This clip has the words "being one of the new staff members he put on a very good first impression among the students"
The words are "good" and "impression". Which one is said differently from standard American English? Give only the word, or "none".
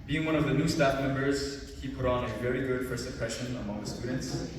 impression